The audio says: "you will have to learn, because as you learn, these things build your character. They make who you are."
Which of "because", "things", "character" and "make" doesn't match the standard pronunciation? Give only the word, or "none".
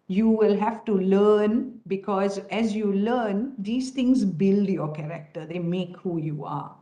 things